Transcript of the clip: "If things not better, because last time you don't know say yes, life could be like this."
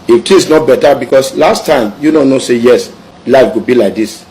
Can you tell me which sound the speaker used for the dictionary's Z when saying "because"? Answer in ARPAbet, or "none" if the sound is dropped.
S